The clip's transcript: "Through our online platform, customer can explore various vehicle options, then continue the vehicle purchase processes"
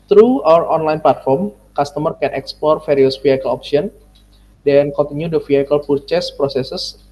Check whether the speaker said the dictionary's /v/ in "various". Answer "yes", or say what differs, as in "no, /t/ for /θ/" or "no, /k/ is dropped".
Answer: no, /f/ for /v/